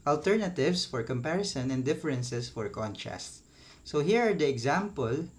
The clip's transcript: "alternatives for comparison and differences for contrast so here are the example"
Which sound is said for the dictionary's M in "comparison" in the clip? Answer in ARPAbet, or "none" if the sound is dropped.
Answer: M